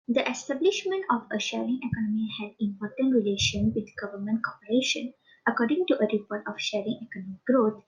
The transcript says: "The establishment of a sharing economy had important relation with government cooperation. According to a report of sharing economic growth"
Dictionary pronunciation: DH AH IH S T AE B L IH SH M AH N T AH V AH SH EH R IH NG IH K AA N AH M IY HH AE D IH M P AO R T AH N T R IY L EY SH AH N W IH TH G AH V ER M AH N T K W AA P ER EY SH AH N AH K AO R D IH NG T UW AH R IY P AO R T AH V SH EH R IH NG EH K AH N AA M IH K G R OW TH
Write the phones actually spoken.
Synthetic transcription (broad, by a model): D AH IH S T AE B L IH SH M AH N T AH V AH SH EH R IH NG IH K AA N AH M IY HH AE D IH M P AO R T AH N T R IY L EY SH AH N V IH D G AH V ER M AH N T K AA P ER EY SH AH N AH K AO R D IH NG T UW AH R IY P AO R T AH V SH EH R IH NG EH K AH N AA M IH K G R OW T